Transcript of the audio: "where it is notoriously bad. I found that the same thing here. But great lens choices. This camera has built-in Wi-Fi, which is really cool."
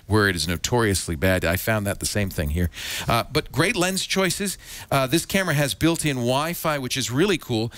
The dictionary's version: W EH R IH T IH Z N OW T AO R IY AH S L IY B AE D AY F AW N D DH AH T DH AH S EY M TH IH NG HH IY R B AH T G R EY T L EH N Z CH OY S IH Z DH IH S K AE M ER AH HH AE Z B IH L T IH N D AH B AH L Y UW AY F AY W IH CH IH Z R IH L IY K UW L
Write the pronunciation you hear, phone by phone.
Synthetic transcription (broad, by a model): W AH R IH T IH Z N OW T AO R IY AH S L IY B AE D AY F AW N DH AH T DH AH S EY M TH IH NG HH IY R B AH T G R EY T L EH N Z CH OY S IH Z DH IH S K AE M ER AH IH Z B IH L T IH N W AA AH F AY W IH CH IH Z R IH L IY K UW L